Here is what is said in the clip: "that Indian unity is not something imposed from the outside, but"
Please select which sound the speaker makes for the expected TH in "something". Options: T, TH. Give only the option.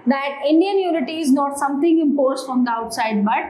T